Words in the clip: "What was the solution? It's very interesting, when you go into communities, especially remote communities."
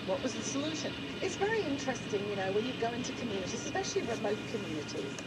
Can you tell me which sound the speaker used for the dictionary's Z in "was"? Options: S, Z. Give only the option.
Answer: Z